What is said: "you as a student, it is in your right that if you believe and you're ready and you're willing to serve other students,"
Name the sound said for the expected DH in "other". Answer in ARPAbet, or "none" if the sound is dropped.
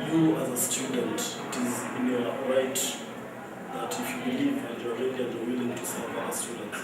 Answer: none